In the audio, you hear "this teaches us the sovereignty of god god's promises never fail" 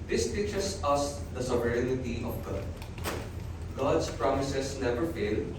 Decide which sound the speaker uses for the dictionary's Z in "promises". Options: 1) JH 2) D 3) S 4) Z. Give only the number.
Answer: 3